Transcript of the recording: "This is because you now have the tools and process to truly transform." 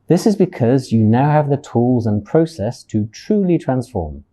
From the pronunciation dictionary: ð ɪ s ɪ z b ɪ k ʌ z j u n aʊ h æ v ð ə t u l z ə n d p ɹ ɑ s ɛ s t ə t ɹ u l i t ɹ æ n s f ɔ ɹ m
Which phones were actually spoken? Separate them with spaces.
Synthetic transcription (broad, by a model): ð ɪ s ɪ z b ɪ k ʌ z j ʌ n aʊ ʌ v ð ə t u l z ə n p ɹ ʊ s ɛ s t ə t ɹ u l i t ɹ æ n s f ɔ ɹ m